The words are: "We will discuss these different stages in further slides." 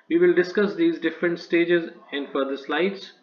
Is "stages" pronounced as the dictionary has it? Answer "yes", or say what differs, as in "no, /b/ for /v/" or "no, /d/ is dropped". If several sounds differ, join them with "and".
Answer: yes